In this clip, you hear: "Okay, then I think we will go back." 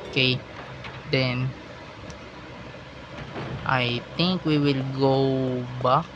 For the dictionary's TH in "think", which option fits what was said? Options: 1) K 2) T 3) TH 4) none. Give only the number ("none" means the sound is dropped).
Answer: 2